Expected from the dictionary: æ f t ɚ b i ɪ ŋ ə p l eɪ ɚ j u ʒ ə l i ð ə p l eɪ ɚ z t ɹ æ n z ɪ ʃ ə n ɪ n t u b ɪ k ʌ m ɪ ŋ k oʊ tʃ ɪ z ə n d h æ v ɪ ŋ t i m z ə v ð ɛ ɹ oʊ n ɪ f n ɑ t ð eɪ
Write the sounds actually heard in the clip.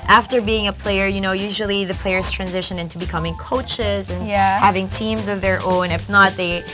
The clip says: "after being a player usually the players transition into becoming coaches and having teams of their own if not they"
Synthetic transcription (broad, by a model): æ f t ɚ b i ɪ ŋ ə p l eɪ ɚ j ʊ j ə l i ð ə p l eɪ ɚ z t ɹ æ n z ɪ ʃ ə n ɪ n t u b ɪ k ʌ m ɪ ŋ k oʊ tʃ ɪ z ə n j h æ v ɪ ŋ t i m z ə v ð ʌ ɹ oʊ n ɪ f n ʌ t ð eɪ